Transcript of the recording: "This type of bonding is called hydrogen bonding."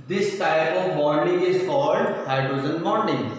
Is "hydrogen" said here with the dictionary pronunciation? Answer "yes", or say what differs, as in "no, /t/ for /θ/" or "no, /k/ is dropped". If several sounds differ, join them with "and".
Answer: no, /z/ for /dʒ/